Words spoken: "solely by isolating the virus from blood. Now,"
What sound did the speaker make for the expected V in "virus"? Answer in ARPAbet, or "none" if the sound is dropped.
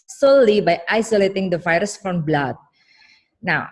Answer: F